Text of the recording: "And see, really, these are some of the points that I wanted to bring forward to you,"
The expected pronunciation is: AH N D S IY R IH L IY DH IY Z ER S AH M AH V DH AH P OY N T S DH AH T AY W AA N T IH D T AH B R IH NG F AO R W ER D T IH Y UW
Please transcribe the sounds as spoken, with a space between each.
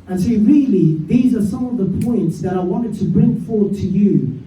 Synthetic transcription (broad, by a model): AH N S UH R IH L IY DH IY Z ER S AH M AH V DH AH P OY N T S DH AH T AY W AA N T IH D T AH B R IH NG F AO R W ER D T IH Y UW